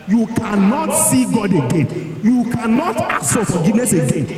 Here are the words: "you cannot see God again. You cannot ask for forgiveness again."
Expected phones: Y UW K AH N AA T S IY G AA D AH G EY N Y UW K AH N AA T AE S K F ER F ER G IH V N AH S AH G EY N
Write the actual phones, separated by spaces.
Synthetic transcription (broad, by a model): Y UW K AH N AA T S IY G AA D AH G EY N Y UW K AH N AA T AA K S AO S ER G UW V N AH S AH G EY N